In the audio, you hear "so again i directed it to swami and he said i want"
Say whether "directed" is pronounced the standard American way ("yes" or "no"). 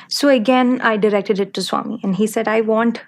yes